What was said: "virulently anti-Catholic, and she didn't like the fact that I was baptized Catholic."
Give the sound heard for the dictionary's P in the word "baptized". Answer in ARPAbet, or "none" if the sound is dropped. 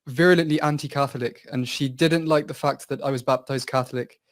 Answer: P